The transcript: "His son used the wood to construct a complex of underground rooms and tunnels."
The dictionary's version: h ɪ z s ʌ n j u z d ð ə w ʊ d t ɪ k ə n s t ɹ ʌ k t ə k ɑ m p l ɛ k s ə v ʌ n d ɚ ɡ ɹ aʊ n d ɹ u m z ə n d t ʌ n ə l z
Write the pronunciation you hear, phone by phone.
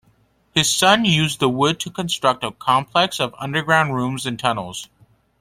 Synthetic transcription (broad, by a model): h ɪ z s ʌ n j u z ð ə w ʊ d t ɪ k ə n s t ɹ ʌ k t ə k ɑ m p l ɛ k s ə v ʌ n d ɚ ɡ ɹ aʊ n d ɹ u m z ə n t ʌ n l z